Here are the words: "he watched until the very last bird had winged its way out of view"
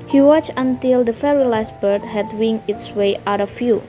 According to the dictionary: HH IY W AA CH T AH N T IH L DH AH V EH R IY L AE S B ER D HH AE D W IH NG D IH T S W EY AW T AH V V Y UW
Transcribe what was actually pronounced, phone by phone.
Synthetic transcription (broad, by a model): HH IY W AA CH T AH N T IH L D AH F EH R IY L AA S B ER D HH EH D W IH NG IH T S W EY AW T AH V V Y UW